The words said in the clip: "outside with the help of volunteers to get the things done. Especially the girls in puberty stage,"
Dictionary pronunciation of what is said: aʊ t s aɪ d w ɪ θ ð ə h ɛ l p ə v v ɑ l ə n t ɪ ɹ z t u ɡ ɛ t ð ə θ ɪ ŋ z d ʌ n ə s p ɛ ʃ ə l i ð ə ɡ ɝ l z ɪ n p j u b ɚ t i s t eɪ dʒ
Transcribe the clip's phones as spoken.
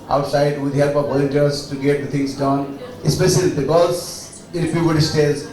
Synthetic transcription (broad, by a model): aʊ t s aɪ d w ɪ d h ɛ l p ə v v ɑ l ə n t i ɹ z t u ɡ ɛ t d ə t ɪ ŋ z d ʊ n ə s p ɛ ʃ ə l i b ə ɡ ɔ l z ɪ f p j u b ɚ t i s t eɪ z